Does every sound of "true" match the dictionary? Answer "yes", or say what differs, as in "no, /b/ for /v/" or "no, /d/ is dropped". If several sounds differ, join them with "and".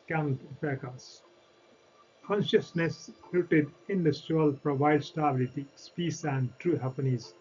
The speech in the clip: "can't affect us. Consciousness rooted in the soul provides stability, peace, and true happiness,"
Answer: yes